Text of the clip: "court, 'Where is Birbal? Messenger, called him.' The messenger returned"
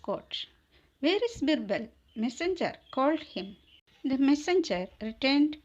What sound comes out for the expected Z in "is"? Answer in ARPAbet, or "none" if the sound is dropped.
S